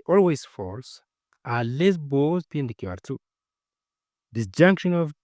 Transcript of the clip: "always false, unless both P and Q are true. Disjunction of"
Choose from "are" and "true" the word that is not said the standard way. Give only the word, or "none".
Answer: true